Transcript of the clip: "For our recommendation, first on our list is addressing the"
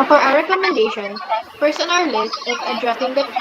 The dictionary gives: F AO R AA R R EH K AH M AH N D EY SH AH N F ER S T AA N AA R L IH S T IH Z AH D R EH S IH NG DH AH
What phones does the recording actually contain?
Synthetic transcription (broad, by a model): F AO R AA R R EH K AH M AH N D EY SH AH N P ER S AA N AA L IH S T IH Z AH D R EH S IH NG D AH